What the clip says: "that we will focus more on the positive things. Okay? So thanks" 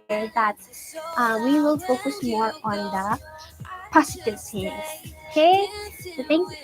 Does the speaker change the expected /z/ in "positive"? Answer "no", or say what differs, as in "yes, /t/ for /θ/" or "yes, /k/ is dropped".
yes, /s/ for /z/